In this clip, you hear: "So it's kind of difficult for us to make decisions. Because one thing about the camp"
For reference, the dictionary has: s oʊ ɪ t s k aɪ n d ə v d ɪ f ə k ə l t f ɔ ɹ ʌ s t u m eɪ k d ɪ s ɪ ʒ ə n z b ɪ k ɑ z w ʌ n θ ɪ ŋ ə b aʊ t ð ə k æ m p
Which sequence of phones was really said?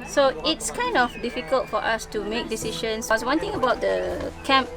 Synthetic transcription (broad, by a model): s oʊ ɪ t s k aɪ n d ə f d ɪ f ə k ə l t f ɔ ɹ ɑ s t u m eɪ k d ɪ s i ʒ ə n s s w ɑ n t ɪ ŋ ə b aʊ t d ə k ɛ m p